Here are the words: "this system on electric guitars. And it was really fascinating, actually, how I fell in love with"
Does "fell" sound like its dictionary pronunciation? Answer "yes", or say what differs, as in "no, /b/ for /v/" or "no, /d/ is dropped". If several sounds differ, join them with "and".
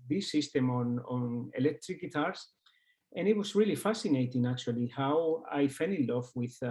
no, /n/ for /l/